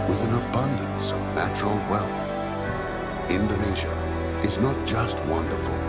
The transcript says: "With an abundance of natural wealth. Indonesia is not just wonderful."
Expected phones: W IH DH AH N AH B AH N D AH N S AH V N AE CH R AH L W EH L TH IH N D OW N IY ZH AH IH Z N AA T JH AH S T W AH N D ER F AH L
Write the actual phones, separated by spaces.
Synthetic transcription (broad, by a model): W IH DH AH N AH B AH N D AH N S AH V N AE CH R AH L W EH L TH IH N D OW N IY ZH AH IH Z N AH T JH AH S T W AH N D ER F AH L